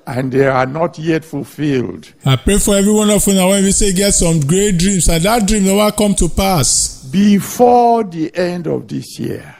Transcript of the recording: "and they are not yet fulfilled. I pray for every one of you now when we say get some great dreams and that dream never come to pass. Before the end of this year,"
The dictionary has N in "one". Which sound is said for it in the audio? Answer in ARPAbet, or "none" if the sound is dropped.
N